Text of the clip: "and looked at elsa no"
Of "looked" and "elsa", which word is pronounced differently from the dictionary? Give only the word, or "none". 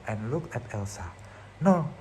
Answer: looked